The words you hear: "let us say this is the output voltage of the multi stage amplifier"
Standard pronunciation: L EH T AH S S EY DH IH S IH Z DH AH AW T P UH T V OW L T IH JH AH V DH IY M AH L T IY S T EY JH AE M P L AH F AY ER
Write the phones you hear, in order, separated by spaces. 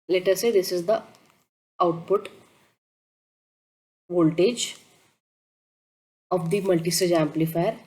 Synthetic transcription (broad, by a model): L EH T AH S S EY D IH S IH Z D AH AW T P UH T V OW L T IH JH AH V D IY M AH L T IY S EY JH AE M P L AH F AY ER